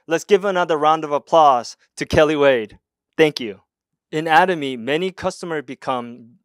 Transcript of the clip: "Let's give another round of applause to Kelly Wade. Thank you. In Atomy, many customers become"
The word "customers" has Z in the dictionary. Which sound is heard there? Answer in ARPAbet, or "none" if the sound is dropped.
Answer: Z